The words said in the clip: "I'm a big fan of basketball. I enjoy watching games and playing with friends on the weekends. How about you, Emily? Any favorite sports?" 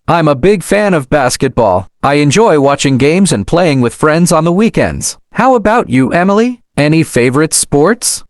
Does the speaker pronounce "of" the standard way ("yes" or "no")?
yes